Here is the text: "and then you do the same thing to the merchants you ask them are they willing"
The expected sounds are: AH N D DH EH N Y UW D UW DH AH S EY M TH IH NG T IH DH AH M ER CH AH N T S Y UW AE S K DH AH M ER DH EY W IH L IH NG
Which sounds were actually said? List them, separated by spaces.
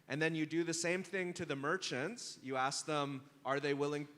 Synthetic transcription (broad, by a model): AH N DH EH N Y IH D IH DH AH S EY M TH IH NG T IH DH AH M ER CH AH N T S Y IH AE S K DH AH M ER DH EY W IH L IH NG